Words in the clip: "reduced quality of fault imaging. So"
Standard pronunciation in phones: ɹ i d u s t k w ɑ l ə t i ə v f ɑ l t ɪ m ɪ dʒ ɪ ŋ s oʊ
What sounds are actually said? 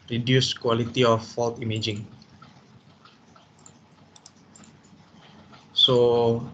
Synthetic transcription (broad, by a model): ɹ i d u s k w ɑ l ə t i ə f ɑ l t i m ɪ dʒ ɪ ŋ s oʊ